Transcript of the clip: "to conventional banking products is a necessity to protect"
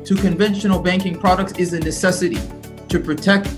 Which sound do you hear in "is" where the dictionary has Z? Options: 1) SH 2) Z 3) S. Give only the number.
2